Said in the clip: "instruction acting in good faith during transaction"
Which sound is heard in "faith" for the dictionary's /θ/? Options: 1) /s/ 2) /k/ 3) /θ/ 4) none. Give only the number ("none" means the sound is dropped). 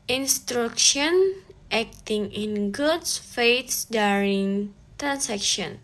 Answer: 1